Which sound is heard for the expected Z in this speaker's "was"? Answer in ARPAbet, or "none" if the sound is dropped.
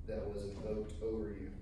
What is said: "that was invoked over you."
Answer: Z